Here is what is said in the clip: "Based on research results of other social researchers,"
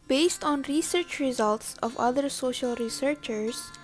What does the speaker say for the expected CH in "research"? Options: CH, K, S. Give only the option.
CH